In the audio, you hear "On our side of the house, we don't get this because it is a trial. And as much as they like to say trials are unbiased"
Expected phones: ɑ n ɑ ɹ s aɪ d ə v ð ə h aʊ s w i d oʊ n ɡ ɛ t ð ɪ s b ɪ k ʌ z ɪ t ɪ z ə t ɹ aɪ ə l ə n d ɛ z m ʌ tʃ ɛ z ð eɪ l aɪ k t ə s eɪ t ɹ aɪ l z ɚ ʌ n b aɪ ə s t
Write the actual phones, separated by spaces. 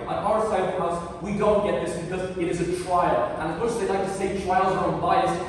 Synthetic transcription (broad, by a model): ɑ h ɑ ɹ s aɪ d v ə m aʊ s w i d oʊ n ɡ ɛ t ð ɪ s b ɪ k ʌ z ɪ t ɪ z ə t ɹ aɪ ə l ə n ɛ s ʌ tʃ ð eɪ l aɪ k t ə s eɪ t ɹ aɪ l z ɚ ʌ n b aɪ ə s